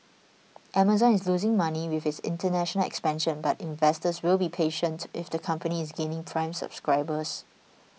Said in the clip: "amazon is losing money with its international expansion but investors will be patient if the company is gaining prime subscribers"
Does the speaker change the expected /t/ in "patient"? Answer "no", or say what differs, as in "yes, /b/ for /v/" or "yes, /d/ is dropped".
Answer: no